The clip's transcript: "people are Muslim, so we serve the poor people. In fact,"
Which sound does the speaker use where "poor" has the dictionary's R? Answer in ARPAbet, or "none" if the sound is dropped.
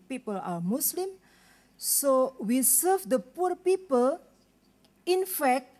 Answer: R